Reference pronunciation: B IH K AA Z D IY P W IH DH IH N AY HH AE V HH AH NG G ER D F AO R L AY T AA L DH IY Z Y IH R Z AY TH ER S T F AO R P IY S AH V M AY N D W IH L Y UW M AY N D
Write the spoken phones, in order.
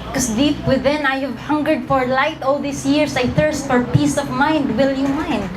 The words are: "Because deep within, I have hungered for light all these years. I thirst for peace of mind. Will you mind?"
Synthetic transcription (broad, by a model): K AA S D IY P W IH DH IH N AY HH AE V HH AH NG G ER D F AO R L AY T AA L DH IY S Y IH R S AY TH ER S T F AO R P IY S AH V M AY N D W IH L Y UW M AY N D